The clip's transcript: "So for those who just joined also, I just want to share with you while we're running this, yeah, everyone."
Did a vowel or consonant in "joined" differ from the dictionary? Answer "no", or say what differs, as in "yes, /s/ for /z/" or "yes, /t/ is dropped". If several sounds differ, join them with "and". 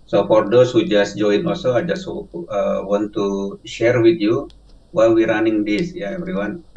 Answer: yes, /d/ is dropped